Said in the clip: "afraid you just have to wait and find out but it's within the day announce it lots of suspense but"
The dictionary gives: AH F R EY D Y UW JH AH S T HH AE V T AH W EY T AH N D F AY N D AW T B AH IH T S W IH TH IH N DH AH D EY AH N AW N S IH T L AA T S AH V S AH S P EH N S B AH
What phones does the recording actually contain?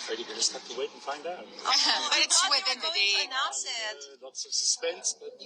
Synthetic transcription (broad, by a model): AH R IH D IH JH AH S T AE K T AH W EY AH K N F AY N D AW T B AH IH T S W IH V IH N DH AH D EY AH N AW S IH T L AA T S AH V S AH S P EH N S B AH